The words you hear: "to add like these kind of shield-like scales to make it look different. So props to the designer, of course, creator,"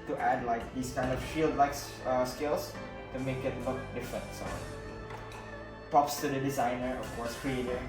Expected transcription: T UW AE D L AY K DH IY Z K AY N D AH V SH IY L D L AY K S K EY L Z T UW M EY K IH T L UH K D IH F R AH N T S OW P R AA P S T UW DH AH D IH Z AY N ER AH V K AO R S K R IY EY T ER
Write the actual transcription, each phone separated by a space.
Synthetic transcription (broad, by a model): T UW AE D L AY K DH IY S K AY N D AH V SH IY L D L AY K S K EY L S T UW M EY K IH T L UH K D IH F R AH N T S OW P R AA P S T UW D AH D IH Z AY N ER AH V K AO R S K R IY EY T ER